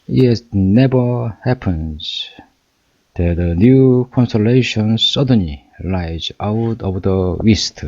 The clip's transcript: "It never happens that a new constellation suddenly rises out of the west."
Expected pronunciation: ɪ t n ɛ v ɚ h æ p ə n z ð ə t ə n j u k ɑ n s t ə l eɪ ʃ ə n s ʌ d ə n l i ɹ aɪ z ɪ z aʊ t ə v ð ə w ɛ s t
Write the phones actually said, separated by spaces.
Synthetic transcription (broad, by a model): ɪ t n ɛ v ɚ h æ p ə n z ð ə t ə n j u k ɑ n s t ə l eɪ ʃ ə n s ʌ d ə n l i l aɪ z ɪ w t ə v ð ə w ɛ s t